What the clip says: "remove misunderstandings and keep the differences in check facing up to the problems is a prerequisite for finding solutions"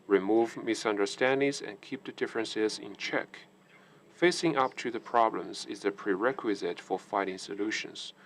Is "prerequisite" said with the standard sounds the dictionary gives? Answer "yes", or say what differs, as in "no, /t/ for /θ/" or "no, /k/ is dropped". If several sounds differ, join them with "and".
yes